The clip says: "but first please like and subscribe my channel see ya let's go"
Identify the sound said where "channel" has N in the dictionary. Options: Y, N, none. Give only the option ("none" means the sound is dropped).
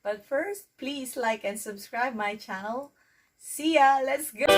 none